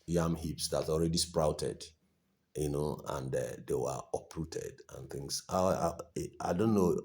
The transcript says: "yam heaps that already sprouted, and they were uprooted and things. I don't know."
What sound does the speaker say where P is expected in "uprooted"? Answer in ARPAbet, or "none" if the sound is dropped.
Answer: P